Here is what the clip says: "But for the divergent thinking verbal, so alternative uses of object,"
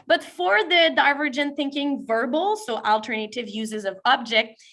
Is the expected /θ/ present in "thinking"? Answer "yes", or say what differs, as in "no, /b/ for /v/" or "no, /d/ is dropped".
yes